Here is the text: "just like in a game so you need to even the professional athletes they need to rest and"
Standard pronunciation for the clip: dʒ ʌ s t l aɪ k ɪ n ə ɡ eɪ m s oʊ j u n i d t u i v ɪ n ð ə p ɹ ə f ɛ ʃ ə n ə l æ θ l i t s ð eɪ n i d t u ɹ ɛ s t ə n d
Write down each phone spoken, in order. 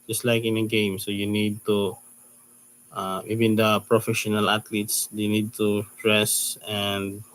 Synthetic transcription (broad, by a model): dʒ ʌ s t l aɪ k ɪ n ə ɡ eɪ m s oʊ j u n i d t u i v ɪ n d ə p ɹ ə f ɛ ʃ ə n ə l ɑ t l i t s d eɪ n i d t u ɹ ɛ s ə n d